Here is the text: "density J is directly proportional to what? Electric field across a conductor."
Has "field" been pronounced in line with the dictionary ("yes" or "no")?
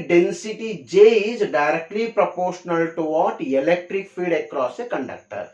no